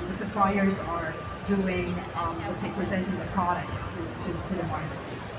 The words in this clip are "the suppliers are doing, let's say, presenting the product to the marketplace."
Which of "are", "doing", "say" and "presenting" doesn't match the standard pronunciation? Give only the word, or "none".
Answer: none